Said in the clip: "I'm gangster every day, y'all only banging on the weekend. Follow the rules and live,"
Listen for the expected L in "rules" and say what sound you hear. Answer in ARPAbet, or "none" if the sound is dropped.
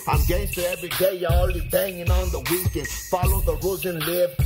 none